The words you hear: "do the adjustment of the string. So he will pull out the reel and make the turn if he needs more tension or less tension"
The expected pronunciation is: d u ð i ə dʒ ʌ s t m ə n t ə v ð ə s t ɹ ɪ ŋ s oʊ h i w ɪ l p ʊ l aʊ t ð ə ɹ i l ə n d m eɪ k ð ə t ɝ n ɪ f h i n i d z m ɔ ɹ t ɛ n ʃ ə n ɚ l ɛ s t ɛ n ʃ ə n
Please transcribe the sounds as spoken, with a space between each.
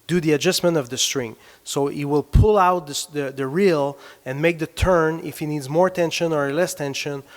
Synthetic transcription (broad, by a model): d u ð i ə dʒ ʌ s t m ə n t ə v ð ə s t ɹ ɪ ŋ s oʊ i w ɪ l p ʊ l aʊ t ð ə ɹ i l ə n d m eɪ k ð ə t ɝ n ɪ f h i n i d z m ɔ ɹ t ɛ n ʃ ə n ɚ l ɛ s t ɛ n ʃ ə n